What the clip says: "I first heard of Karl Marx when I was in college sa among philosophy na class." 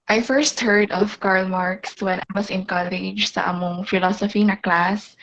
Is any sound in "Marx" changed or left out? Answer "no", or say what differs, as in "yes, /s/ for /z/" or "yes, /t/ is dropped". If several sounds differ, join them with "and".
no